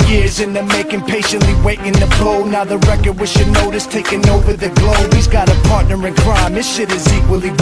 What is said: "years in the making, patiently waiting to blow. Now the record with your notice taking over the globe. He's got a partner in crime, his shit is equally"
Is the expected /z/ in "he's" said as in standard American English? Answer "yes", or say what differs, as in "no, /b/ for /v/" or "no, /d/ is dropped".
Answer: yes